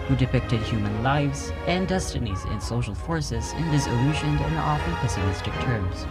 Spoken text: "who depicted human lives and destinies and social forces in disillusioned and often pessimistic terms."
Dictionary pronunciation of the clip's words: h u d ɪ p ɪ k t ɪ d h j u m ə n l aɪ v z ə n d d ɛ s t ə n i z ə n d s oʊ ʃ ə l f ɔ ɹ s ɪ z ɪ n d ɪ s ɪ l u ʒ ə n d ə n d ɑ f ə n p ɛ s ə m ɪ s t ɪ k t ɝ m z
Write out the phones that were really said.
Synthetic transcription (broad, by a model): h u d ɪ p ɪ k t ɪ d h j u m ə n l aɪ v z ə n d d ɛ s t ə n i z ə n s oʊ ʃ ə l f ɔ ɹ s ɪ z ɪ n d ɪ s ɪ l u ʃ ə n d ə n ɑ f ə n p ɛ s ə m ɪ s t ɪ k t ɝ m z